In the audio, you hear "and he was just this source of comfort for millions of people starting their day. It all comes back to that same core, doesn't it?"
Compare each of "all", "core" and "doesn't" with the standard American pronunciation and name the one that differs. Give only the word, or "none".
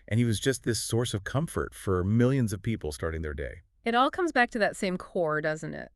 none